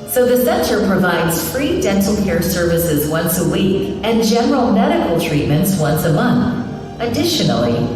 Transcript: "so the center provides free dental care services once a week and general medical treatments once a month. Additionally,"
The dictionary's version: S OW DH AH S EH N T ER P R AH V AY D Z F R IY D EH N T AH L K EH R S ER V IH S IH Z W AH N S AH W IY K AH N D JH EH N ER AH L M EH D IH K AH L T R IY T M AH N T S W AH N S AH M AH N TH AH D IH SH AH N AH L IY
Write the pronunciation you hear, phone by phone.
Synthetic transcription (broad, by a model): S OW DH AH S EH N T ER P R AH V AY D Z F R IY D EH N T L K EH R S ER V IH S IH Z W AH N S AH W IY K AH N JH EH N ER L M EH D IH K L T R IY T M AH N T S W AH N S AH M AH N TH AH D IH SH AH N L IY